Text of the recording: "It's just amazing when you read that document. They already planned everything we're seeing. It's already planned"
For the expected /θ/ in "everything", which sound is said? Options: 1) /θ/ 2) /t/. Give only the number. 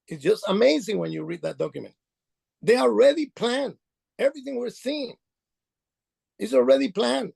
1